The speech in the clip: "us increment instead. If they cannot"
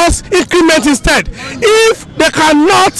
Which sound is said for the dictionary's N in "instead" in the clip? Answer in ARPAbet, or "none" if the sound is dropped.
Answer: N